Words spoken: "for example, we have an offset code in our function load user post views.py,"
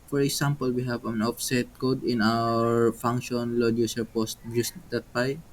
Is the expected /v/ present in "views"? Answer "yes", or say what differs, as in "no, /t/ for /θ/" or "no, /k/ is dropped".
no, /b/ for /v/